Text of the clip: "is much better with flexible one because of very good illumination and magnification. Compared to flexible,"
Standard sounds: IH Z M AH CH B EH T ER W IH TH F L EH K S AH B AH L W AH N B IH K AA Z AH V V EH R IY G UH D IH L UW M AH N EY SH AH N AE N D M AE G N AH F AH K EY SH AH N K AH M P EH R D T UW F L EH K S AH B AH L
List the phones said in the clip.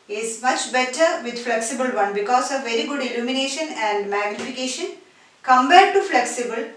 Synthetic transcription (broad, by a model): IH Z M AH CH B EH T ER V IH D F L EH K S AH B AH L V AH N B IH K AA S AH V V EH R IY G UH D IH L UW M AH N EY SH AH N AE N D M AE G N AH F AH K EY SH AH N K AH M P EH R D T UW F L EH K S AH B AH L